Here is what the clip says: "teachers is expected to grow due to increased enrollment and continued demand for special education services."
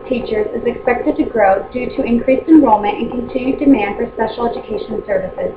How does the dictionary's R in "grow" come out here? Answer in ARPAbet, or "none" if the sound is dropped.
R